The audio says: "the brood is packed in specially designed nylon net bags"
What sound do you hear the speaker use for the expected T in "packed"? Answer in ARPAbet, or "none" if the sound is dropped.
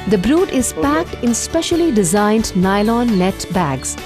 T